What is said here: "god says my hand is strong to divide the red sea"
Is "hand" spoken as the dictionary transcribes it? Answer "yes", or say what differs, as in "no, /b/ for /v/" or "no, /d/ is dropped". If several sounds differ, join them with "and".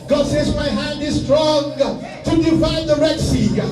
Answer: yes